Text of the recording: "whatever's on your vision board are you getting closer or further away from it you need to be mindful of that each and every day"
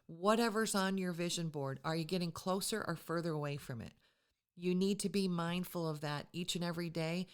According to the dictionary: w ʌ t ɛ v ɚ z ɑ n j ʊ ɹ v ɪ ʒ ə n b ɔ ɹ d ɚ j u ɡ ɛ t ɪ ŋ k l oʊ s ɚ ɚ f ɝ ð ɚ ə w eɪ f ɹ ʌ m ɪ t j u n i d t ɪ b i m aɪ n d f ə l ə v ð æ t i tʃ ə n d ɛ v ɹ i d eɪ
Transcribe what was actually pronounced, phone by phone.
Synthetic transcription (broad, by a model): w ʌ t ɛ v ɚ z n j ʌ ɹ v ɪ ʒ ə n b ɔ ɹ d ɚ j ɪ ɡ ɛ t ɪ ŋ k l oʊ s ɚ ɚ f ɝ ð ɚ ə w eɪ f ɹ ʌ m ɪ t j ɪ n i d t ɪ b i m aɪ n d f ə l ə v ð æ t i tʃ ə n ɛ v ɹ i d eɪ